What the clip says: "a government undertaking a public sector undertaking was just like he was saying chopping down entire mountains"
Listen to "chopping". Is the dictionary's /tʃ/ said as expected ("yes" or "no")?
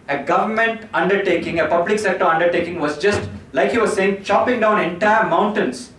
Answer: yes